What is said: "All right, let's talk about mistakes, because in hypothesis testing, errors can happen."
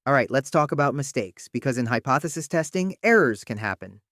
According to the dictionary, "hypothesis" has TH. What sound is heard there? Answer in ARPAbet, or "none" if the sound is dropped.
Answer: TH